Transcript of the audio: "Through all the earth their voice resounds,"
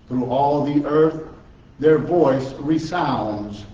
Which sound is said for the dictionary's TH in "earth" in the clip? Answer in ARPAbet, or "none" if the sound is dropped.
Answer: TH